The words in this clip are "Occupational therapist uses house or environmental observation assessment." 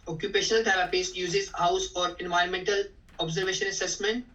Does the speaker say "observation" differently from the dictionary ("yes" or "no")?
no